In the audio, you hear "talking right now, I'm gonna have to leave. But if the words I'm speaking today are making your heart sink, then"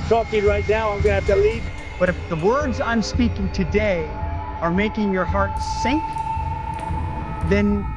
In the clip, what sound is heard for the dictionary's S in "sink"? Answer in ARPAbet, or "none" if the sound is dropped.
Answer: S